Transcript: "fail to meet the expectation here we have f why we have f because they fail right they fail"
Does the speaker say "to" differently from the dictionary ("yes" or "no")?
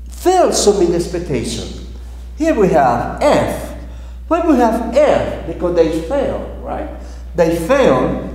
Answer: yes